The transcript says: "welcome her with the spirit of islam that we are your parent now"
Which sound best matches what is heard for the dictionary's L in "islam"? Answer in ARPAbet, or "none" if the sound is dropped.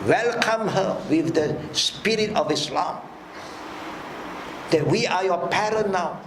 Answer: L